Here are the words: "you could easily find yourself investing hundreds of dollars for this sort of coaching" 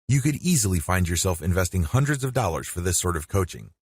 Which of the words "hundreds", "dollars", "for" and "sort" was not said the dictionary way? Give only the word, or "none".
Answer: none